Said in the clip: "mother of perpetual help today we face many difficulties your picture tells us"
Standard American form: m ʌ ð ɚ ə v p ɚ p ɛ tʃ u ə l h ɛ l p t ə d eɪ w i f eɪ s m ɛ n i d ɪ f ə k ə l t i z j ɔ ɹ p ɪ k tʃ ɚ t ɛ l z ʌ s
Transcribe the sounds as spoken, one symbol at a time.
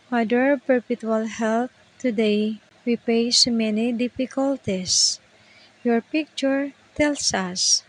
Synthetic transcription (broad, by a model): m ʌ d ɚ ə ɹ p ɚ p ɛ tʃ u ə l h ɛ l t t ə d eɪ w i p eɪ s m ɛ n i d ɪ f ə k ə l t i s j ɔ ɹ p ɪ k tʃ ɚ t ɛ l s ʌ s